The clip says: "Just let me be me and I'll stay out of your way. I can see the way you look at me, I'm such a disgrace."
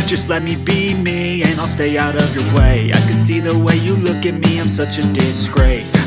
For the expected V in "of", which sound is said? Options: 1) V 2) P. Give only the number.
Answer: 1